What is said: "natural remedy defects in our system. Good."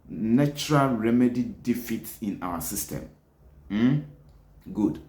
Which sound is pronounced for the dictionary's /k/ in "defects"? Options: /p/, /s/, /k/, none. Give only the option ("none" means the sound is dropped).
none